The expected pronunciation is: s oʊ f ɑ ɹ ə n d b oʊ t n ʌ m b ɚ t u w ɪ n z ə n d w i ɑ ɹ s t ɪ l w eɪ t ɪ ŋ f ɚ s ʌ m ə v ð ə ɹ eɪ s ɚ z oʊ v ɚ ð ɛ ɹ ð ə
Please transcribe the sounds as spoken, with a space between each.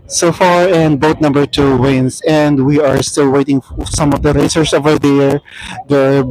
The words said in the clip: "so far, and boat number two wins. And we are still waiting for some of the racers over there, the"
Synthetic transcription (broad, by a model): s oʊ f ɑ ɹ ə n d b oʊ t n ʌ m b ɚ t u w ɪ n s ə n d w i ɑ ɹ s t ɪ l w eɪ t ɪ ŋ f s ʌ m ə v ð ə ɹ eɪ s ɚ s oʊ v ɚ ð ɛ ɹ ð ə